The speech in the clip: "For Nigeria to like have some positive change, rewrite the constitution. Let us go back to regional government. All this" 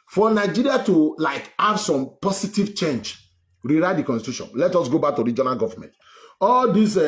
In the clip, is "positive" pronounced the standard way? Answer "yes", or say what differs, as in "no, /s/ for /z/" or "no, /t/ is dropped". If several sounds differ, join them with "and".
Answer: no, /s/ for /z/